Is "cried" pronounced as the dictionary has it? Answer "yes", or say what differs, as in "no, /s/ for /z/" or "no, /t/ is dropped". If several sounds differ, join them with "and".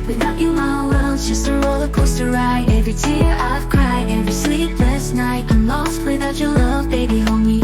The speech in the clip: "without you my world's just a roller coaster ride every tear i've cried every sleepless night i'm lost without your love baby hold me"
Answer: no, /d/ is dropped